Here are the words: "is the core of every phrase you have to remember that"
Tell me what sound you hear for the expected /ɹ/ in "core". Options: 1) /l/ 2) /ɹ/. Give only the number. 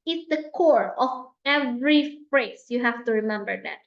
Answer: 2